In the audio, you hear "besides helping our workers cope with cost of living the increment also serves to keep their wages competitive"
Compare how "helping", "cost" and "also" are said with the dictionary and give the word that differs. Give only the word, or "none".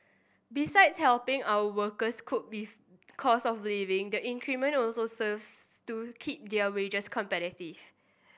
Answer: cost